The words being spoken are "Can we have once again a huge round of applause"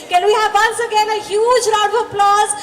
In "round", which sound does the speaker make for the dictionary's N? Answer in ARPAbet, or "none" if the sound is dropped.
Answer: none